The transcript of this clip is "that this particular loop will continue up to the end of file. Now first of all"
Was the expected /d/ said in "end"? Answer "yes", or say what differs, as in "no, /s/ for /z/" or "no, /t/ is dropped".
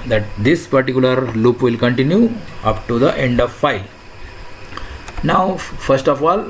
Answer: yes